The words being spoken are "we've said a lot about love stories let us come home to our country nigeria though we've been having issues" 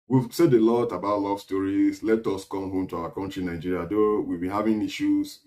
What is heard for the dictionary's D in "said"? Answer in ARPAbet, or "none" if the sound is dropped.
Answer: D